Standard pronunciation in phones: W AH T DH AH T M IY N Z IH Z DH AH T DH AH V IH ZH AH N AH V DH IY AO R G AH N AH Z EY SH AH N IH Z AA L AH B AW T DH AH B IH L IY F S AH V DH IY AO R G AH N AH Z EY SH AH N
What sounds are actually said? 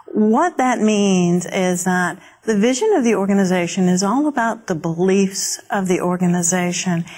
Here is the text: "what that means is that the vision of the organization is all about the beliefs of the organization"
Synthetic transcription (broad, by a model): W AH T DH AH T M IY N Z IH Z DH AH T DH AH V IH ZH AH N AH V DH IY AO R G AH N AH Z EY SH AH N IH Z AA L AH B AW T DH AH B IH L IY F S AH V DH IY AO R G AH N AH Z EY SH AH N